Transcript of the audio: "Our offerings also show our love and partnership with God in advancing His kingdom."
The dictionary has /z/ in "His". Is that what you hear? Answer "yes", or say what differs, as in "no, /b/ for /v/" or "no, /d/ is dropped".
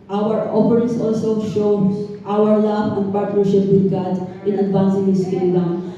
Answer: no, /s/ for /z/